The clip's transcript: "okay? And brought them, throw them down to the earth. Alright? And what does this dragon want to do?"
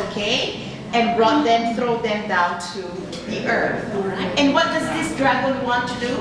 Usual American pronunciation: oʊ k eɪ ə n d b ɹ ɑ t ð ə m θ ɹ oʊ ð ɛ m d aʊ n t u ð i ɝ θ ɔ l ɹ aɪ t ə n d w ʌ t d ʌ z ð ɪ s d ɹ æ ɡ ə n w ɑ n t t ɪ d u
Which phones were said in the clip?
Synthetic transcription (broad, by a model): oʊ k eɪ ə n b ɹ ɑ t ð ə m θ ɹ oʊ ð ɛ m d aʊ n t u ð i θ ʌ ɹ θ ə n w ʌ t d ʌ z ð ɪ s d ɹ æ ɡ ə l w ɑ n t t ɪ d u